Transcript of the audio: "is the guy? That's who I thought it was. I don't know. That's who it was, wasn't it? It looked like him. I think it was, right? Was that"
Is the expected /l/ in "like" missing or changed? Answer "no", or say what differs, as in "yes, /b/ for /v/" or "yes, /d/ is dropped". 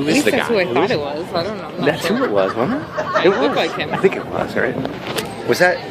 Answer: yes, /w/ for /l/